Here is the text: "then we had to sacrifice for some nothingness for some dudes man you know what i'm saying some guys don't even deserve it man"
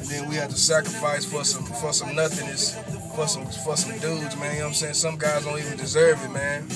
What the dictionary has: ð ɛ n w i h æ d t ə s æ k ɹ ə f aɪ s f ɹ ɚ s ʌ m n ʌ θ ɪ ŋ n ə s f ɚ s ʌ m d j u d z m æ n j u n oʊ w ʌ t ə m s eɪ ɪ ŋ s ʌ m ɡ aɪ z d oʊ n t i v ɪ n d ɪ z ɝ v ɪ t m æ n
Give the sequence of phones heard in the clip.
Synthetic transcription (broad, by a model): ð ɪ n w i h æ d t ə s æ k ɹ ə f aɪ s f ɹ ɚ s ʌ m n ʌ θ ɪ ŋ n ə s f ɚ s ʌ m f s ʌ d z m æ n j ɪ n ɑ ə m s eɪ ɪ ŋ s ʌ m ɡ aɪ z d oʊ n t i v ɪ n d ɪ z ɝ v ɪ t m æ n